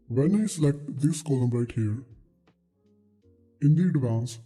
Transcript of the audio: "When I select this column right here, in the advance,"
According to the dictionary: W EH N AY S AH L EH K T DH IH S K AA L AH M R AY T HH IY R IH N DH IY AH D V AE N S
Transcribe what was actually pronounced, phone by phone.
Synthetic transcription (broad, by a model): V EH N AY S AH L EH K T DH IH S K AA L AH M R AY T HH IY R IH N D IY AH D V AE N S